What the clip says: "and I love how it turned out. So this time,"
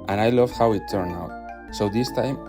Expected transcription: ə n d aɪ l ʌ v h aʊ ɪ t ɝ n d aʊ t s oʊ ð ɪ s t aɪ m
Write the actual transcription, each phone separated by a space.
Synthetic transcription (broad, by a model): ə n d aɪ l ʌ v h aʊ ɪ t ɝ n aʊ t s oʊ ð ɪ s t aɪ m